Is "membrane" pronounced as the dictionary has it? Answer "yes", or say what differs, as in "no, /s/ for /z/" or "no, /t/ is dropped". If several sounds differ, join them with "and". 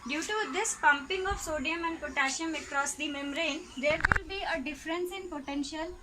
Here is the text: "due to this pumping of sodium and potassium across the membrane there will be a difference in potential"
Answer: no, /b/ is dropped